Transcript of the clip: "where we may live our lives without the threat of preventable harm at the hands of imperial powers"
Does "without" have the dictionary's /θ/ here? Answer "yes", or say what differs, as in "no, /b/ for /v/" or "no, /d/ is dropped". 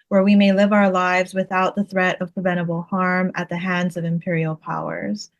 yes